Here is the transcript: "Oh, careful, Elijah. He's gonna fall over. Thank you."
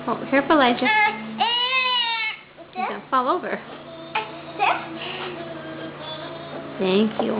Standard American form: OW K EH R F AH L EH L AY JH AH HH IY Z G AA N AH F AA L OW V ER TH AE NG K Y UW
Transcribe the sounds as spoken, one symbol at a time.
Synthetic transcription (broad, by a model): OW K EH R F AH L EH IH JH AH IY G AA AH F AA L OW V ER TH AE NG K Y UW